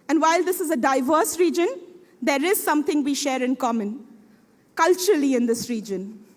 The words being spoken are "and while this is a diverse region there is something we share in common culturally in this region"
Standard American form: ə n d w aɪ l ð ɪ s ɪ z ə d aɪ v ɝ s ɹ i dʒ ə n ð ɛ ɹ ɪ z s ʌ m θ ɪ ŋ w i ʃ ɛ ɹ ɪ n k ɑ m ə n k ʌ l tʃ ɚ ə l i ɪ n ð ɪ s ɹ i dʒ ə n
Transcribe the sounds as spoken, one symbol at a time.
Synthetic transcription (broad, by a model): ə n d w aɪ l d ɪ s ɪ z ə d aɪ v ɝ s ɹ i dʒ ə n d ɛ ɹ ɪ z s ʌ m t ɪ ŋ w i ʃ ɛ ɹ ɪ n k ɑ m ə n k ʌ l tʃ ɚ ə l i ɪ n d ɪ s ɹ i dʒ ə n